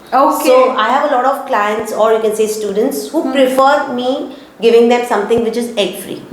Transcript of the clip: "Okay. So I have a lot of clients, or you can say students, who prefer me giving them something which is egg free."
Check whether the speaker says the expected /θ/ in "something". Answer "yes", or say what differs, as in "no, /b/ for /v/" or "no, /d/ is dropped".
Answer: no, /t/ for /θ/